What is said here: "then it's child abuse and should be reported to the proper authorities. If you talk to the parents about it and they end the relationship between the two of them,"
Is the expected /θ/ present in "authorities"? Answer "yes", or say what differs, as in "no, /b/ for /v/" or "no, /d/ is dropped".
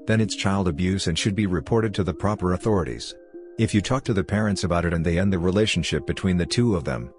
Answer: yes